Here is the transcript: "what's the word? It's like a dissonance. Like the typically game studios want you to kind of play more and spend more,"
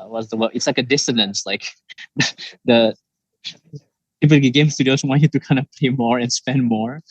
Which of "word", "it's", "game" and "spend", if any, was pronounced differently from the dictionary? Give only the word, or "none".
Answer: word